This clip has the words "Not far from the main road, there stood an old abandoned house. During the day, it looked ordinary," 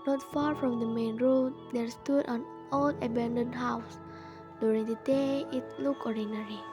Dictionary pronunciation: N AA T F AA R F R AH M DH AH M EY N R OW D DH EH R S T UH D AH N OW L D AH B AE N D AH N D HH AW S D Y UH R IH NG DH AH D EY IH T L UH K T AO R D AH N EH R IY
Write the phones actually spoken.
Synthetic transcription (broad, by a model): N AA T F AA R F R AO M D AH M EY N R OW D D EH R S T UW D AH N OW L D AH B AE N D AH N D HH AW S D Y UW R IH NG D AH D EY IH T L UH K AO R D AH N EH R IY